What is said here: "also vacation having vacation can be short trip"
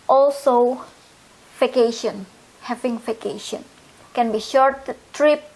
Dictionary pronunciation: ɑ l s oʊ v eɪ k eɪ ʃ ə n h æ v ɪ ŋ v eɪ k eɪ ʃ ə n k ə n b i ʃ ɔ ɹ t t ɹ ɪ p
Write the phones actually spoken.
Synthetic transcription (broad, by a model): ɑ l s oʊ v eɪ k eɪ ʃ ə n h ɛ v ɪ ŋ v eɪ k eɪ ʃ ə n k ə n b i ʃ ɔ ɹ t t ɹ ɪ p